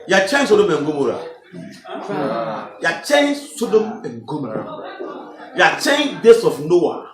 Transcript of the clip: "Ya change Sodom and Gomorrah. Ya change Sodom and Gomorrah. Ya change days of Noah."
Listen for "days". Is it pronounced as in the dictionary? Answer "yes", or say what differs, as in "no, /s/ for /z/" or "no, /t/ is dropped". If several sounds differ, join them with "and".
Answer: no, /s/ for /z/